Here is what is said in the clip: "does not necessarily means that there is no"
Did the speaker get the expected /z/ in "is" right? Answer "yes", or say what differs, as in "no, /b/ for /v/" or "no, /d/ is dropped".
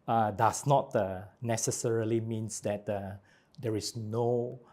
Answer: no, /s/ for /z/